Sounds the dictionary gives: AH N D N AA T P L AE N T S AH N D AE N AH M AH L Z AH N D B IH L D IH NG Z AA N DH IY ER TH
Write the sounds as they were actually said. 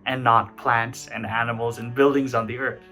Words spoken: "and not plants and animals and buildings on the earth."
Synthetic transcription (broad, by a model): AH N N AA T P L AE N T S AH N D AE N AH M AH L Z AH N B IH L D IH NG Z N DH IY ER TH